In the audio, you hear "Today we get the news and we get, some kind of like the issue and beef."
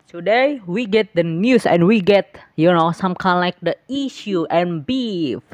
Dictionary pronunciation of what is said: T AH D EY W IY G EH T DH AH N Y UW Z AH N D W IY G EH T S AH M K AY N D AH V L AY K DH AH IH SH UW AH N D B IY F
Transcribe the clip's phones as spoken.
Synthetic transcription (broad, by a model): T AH D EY W IY G EH T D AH N Y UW S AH N W IY G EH T S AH M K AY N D L AY K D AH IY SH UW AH N B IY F